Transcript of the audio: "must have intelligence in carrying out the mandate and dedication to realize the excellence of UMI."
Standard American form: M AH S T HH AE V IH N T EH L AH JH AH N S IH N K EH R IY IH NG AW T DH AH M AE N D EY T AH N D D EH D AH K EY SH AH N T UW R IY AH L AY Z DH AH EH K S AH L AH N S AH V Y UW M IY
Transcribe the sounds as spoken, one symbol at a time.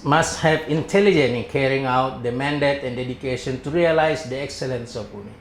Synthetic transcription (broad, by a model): M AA S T HH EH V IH N T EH L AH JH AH N IH N K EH R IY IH NG AW T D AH M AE N D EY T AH N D D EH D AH K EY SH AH N T UW R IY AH L AY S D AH EH K S AH L AH N S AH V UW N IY